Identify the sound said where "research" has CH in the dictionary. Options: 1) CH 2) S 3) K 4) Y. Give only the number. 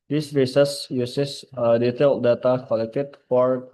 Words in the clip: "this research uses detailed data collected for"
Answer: 2